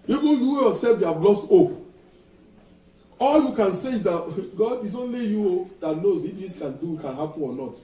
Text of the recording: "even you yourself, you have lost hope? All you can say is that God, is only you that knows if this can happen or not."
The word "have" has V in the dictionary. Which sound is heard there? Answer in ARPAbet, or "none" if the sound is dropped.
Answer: B